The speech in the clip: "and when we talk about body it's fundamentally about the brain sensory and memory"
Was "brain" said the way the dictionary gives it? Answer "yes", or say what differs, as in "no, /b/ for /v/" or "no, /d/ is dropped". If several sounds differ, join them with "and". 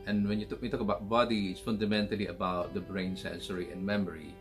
yes